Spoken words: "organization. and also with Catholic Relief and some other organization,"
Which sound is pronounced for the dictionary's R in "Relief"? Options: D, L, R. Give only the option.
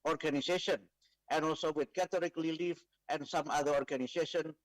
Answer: L